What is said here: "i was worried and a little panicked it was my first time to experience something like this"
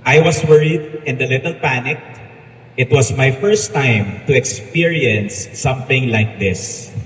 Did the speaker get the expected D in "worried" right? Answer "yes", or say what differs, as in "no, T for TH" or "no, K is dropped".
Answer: yes